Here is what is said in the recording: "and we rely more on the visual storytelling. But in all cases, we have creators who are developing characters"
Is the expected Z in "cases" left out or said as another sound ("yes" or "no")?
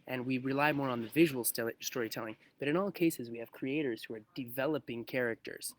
no